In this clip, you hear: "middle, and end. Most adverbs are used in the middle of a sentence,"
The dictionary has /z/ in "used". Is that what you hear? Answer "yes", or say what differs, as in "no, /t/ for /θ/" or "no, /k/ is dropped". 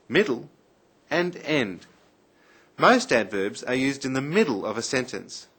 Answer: yes